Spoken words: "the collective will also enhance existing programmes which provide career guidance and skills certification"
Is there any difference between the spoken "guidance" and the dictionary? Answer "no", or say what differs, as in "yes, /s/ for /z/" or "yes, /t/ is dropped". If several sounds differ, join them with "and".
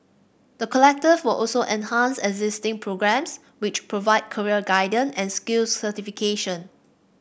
yes, /s/ is dropped